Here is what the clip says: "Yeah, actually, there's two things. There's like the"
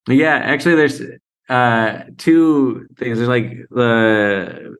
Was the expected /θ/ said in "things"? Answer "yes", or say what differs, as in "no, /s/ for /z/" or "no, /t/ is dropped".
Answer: yes